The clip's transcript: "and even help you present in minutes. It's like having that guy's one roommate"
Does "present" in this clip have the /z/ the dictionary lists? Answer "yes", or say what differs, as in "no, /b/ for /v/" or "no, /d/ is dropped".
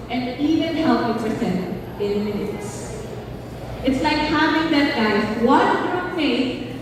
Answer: no, /s/ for /z/